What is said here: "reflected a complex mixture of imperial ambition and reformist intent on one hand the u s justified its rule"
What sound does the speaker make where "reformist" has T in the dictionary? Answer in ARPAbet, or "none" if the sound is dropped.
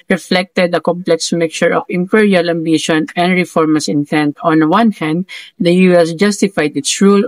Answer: none